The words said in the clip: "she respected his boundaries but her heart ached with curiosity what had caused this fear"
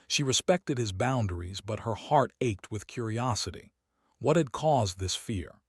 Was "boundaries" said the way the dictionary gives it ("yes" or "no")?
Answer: yes